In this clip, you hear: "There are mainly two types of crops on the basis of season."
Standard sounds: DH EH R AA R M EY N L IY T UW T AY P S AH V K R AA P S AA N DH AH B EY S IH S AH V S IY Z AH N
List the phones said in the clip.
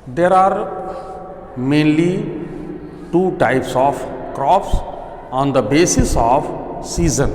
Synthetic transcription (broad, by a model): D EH R AA R M EY N L IY T UW T AY P S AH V K R AA P S AA N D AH B EY S IH S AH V S IY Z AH N